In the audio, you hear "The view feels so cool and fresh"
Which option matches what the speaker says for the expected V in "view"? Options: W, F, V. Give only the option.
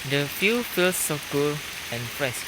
F